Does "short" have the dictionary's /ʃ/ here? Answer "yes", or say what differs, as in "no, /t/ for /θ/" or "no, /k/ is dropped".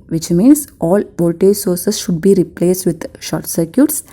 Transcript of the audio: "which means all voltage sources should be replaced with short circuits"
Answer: yes